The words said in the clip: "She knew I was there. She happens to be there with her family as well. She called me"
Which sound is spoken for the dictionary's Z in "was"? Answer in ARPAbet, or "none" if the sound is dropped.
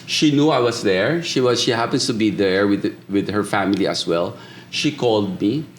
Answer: S